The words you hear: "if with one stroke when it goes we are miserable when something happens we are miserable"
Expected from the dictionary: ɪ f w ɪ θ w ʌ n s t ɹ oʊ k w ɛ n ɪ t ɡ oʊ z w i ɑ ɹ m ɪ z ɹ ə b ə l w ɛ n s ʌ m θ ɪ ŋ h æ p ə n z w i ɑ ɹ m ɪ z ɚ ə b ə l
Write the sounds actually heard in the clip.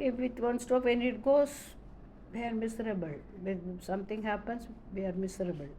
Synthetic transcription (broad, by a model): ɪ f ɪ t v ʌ n s t oʊ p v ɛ n ɪ t ɡ oʊ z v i ɑ ɹ m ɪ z ɹ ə b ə l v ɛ s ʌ m t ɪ ŋ h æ p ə n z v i ɑ ɹ m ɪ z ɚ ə b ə l